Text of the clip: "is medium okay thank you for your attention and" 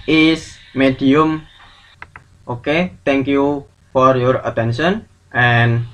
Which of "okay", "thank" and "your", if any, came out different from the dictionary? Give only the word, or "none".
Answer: thank